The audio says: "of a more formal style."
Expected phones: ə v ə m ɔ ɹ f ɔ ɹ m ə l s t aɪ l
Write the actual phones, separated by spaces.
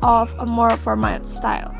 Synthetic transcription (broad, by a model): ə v ə m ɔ ɹ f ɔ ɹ m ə n s t aɪ l